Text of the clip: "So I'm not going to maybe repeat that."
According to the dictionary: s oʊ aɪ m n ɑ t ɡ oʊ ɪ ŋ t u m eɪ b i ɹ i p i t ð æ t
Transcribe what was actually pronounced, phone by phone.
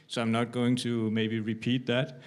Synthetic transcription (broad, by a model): s oʊ aɪ m n ɑ t ɡ oʊ ɪ ŋ t u m eɪ b i ɹ i p i t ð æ t